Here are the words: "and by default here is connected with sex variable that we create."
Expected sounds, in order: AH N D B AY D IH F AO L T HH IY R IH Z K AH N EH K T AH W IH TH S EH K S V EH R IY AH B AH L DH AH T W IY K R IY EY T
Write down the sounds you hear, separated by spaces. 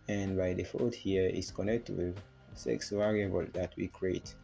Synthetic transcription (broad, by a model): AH N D B AY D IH F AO T HH IY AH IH S K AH N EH K T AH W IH S EH K S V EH R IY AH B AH L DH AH T W IY K R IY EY T